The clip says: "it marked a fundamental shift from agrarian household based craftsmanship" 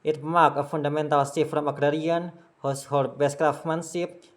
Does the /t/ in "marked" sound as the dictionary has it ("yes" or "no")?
no